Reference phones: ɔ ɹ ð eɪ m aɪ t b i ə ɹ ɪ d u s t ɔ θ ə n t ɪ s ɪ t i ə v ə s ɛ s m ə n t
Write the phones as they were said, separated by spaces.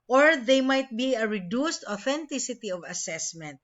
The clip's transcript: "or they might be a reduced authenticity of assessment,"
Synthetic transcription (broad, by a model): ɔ ɹ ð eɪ m aɪ t b i ə ɹ ɪ d u s t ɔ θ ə n t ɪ s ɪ t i ə v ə s ɛ s m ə n t